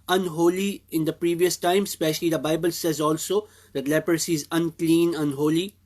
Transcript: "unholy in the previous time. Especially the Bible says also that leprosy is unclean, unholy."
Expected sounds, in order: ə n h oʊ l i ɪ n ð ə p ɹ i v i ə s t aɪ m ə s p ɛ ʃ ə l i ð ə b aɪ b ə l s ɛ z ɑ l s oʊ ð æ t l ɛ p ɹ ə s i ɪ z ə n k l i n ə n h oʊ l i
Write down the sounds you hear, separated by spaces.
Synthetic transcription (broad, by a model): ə n h oʊ l i ɪ n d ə p ɹ i v i ə s t aɪ m s p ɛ ʃ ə l i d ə b aɪ b ə l s ɛ z ɑ l s oʊ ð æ t l ɛ p ɹ ə s i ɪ z ə n k l i n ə n h oʊ l i